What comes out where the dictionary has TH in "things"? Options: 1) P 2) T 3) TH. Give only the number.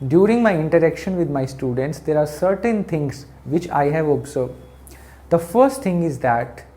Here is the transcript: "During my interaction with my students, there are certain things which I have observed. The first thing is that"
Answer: 2